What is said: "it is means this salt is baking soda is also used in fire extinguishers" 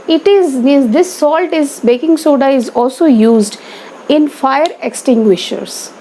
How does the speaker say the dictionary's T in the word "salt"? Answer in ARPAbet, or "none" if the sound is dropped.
T